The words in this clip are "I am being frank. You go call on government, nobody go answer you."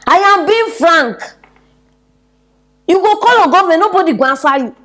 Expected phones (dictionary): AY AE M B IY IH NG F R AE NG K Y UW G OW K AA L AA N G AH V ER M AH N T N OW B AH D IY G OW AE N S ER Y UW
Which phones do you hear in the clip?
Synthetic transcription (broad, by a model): AY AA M B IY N F R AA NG K Y UW G OW K AA L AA G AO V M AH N N OW B AH D IY G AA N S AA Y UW